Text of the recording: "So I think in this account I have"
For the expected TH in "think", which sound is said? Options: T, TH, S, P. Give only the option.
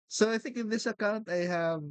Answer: TH